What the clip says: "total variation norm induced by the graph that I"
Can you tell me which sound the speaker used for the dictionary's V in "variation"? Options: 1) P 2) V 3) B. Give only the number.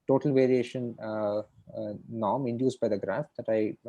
2